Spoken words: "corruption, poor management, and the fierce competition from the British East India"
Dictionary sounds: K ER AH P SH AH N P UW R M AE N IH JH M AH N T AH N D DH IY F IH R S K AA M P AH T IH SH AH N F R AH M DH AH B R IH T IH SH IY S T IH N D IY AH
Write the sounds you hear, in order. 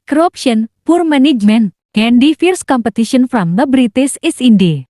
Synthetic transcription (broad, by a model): K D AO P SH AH N P UW R M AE N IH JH M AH N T AH N D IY F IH R S K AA M P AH T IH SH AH N F R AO M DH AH B R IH T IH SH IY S IH N D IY